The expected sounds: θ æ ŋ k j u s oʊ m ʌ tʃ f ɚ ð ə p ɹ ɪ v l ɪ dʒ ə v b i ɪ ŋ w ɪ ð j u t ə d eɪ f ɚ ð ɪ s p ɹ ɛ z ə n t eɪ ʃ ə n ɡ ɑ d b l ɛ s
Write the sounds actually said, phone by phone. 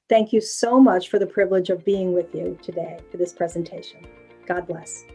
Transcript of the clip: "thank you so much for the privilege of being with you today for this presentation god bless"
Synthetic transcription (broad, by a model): θ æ ŋ k j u s oʊ m ʌ tʃ f ɚ ð ə p ɹ ɪ v l ɪ dʒ ə v b i ɪ ŋ w ɪ ð j u t ə d eɪ f ɚ ð ɪ s p ɹ ɛ z ə n t eɪ ʃ ə n ɡ ɑ d b l ɛ s